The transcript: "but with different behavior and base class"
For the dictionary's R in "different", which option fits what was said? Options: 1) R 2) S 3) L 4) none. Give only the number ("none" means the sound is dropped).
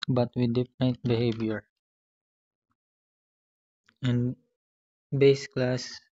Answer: 4